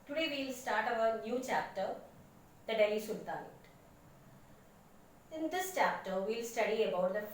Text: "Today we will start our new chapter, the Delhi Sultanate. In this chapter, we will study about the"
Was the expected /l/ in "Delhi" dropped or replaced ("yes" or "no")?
yes